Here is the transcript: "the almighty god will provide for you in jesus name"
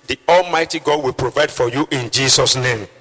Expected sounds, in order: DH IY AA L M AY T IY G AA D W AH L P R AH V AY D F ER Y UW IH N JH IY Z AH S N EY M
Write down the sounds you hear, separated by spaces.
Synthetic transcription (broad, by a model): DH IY AA L M AY T IY G AA D W AH L P R AH V AY D F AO Y UW IH N JH IY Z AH S N EY M